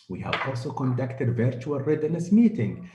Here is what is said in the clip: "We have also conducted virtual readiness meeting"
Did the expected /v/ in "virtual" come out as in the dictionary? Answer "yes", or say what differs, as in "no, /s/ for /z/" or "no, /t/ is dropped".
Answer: yes